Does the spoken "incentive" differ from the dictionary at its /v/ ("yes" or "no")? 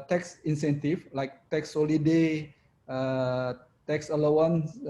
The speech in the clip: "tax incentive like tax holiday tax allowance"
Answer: yes